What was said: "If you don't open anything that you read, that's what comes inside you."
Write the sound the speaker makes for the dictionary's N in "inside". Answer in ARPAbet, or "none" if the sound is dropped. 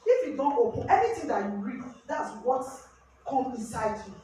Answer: N